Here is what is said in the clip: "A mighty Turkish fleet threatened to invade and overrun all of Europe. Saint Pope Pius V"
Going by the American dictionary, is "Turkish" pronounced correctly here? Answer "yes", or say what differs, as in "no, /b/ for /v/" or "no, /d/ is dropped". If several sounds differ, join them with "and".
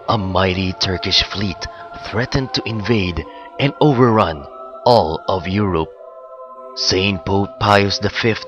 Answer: yes